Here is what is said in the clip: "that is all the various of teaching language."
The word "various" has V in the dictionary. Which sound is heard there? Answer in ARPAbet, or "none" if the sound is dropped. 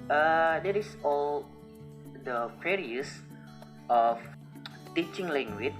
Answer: F